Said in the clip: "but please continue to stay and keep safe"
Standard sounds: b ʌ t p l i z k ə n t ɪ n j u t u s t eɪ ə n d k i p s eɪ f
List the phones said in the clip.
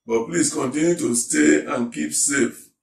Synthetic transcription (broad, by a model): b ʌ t p l i s k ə n t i n j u t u s t eɪ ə n k i p s eɪ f